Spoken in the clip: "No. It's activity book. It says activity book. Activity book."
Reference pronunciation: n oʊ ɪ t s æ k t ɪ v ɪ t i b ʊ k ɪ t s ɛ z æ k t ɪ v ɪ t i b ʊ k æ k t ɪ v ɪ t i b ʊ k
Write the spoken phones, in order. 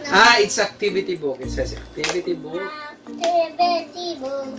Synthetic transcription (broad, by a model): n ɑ ɪ t s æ k t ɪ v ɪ t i b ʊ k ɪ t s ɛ s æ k t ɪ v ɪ t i b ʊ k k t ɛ b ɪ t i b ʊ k